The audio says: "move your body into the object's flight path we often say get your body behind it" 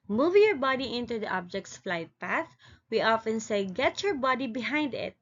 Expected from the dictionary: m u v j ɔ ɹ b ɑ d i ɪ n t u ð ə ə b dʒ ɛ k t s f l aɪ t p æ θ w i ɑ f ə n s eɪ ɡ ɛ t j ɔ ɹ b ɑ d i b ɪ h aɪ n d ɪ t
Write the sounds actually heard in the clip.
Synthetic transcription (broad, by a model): m u v j ɔ ɹ b ɑ d i ɪ n t u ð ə ə b dʒ ɛ k t s f l aɪ t p æ θ w i ɑ f ə n s eɪ ɡ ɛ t j ɔ ɹ b ɑ d i b ɪ h aɪ n d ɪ t